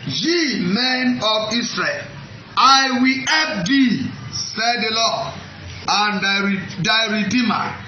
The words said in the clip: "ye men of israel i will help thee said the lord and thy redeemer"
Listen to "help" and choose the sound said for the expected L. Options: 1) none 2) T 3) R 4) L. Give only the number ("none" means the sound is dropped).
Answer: 1